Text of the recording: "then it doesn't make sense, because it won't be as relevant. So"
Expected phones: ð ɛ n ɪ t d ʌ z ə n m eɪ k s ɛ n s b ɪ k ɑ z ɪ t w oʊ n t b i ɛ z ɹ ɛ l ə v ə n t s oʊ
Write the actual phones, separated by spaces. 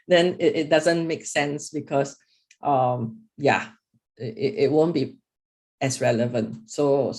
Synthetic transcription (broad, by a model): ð ɛ n ɪ t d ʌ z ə n m eɪ k s ɛ n s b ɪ k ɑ s ɪ t w oʊ n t b i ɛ s ɹ ɛ l ə v ə n t s oʊ